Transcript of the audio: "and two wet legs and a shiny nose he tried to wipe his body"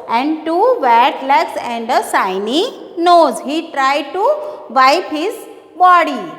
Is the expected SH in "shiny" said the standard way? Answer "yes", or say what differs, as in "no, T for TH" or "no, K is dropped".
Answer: no, S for SH